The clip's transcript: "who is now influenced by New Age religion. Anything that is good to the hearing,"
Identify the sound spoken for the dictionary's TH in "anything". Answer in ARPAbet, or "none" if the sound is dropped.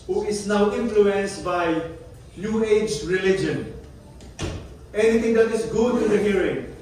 T